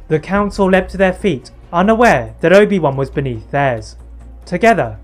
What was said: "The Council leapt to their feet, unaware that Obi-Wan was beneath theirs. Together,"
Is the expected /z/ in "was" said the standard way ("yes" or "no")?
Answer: yes